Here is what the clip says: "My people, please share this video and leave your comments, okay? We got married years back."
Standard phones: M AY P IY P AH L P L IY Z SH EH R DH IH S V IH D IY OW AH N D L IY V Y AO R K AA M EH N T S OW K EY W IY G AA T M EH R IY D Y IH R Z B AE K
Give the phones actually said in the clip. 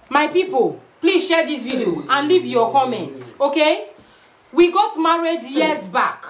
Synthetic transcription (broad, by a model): M AY P IY P AH L P L IY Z SH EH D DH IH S V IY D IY OW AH N L IY V Y AO K AA M EH N T S OW K EY W IY G AA T M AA R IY D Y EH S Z B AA K